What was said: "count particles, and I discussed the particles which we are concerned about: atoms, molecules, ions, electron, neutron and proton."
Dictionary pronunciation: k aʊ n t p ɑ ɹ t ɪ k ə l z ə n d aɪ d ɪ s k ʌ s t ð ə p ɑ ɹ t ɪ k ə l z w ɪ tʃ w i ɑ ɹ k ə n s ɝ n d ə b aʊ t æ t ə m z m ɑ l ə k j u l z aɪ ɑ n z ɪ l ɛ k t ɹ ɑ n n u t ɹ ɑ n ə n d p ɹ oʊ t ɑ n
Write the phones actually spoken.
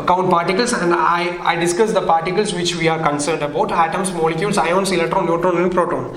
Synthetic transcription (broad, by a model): k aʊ n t p ɑ ɹ t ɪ k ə l s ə n d aɪ d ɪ s k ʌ s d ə p ɑ ɹ t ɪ k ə l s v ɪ tʃ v i ɑ ɹ k ə n s ɝ n d ə b aʊ t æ t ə m s m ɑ l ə k j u l s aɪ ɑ n s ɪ l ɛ t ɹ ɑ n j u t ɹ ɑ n ə n d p ɹ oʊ t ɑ n